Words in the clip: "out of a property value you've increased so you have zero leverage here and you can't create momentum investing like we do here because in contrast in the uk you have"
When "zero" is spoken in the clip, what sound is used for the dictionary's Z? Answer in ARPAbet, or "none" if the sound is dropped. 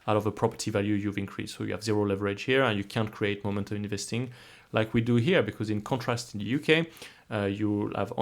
Z